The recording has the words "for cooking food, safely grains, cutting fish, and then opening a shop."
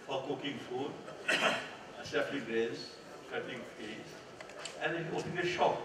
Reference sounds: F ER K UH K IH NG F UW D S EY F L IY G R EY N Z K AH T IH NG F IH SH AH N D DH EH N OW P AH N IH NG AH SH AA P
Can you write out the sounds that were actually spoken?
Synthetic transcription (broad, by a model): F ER K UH K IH NG F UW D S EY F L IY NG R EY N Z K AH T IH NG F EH S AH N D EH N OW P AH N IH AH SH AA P